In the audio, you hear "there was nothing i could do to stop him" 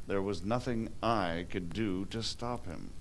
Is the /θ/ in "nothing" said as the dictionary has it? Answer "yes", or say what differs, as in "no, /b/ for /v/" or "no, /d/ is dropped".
yes